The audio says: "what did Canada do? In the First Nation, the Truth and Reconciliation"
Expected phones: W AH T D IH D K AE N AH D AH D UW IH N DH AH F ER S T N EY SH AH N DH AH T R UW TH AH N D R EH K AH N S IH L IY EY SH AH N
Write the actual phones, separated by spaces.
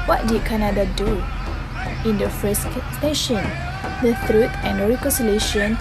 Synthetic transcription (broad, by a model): W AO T D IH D K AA N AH D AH D UW IH N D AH F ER S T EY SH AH N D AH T R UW T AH N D R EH K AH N S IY L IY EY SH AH N